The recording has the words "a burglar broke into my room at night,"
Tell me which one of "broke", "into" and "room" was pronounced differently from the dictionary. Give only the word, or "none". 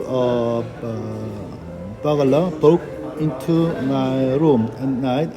broke